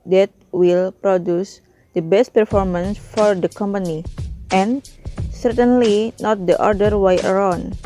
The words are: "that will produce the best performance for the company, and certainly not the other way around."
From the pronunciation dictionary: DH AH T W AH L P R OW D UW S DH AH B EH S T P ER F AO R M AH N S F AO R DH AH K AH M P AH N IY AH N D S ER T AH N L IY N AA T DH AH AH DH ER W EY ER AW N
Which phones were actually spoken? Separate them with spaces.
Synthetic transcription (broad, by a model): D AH T W AH L P R OW D UW S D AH B EH S T P ER F AO R M AH N S F AO R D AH K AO M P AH N IY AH N S ER T AH N L IY N AA T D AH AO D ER W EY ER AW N